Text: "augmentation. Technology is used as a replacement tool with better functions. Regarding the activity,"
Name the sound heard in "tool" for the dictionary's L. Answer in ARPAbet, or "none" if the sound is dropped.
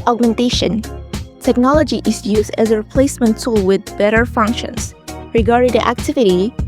L